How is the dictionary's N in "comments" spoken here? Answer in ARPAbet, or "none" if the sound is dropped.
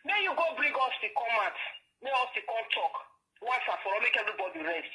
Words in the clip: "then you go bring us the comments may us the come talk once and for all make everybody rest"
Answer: none